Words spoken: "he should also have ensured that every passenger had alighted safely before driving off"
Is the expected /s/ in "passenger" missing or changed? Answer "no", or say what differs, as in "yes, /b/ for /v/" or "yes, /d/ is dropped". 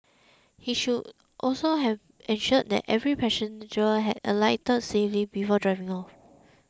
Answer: yes, /ʃ/ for /s/